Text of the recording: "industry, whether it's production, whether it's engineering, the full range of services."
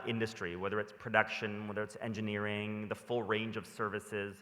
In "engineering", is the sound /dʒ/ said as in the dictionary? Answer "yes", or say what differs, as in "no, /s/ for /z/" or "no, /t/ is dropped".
yes